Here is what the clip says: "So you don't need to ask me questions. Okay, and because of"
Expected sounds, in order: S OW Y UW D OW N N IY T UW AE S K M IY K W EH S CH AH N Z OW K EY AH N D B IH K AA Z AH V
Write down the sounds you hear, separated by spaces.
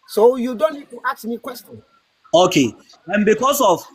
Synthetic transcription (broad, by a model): S OW Y UW D OW N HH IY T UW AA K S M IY K W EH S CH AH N OW K EY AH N B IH K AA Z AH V